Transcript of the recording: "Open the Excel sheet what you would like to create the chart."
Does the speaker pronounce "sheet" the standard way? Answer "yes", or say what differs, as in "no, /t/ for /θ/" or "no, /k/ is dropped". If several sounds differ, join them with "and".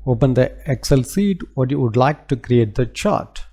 no, /s/ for /ʃ/